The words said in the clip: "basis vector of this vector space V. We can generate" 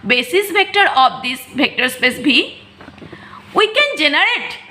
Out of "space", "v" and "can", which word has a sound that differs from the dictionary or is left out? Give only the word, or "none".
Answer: v